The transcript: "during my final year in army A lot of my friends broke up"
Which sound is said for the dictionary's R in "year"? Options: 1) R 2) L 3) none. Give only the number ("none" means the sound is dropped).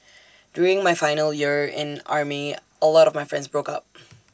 1